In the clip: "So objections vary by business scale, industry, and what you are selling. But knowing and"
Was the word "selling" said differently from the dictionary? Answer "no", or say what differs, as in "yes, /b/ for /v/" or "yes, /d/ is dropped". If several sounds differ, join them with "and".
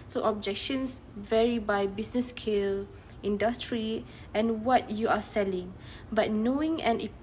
no